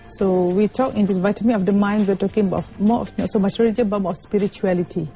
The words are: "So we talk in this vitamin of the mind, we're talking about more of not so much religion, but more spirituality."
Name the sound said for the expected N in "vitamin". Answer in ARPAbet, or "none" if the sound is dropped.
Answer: none